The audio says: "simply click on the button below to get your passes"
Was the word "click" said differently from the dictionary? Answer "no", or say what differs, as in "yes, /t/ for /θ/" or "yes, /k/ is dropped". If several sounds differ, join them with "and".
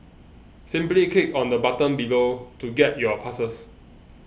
yes, /l/ is dropped